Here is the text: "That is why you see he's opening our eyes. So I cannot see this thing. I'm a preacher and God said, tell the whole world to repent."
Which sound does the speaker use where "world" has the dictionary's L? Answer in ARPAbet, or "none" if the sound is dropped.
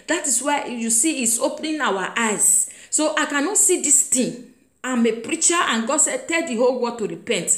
none